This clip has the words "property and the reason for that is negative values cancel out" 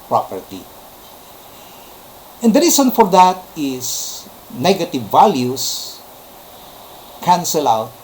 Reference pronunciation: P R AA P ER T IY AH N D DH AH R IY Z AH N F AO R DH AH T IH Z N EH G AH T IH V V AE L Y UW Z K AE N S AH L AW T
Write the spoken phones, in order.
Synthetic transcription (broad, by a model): P R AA P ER T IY AH N D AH R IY S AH N F AO R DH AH T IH S N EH G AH T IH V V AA L Y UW S K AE N S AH L AW T